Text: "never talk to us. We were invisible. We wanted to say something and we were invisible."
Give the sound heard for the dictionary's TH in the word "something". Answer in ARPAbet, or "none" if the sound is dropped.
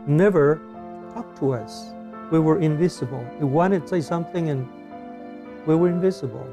TH